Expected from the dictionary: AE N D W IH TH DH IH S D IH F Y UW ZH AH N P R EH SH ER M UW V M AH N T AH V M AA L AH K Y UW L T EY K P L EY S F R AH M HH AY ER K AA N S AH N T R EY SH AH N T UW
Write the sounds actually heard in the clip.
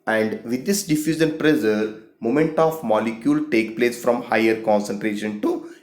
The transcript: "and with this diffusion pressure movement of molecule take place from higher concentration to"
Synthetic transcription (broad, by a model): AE N D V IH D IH S D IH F Y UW Z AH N P R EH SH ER M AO M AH N T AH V M AA L AH K Y UW L T EY K P L EY S F R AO M HH AY ER K AA N S AH N T R EY SH AH N T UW